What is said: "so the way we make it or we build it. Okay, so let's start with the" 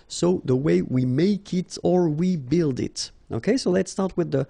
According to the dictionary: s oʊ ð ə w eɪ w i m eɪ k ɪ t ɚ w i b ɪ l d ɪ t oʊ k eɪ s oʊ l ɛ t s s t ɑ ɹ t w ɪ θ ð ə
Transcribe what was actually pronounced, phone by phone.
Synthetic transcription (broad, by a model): s oʊ ð ə w eɪ w i m eɪ k ɪ t ɚ w i b ɪ l d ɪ t oʊ k eɪ s oʊ l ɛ t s s t ɑ ɹ t w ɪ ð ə